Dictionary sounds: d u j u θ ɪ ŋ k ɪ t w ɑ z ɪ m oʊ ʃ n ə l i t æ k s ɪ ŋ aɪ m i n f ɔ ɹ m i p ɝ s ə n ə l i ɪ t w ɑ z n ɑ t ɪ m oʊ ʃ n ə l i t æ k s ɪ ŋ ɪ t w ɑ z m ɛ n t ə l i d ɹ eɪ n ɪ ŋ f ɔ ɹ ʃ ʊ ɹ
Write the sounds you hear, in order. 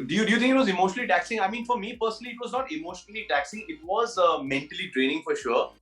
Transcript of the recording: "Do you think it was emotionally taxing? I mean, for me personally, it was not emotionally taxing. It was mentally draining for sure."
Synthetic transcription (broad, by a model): d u j u t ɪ ŋ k ɪ t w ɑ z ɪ m oʊ ʃ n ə l i t æ k s ɪ ŋ aɪ m i n f ɔ ɹ m i p ɝ s ə n ə l i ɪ t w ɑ z n ɑ t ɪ m oʊ ʃ n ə l i t æ k s ɪ ŋ ɪ t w ɑ z m ɛ n t ə l i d ɹ eɪ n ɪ ŋ f ɔ ɹ ʃ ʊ ɹ